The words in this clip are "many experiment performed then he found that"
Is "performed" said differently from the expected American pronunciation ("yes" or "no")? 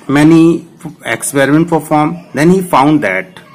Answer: yes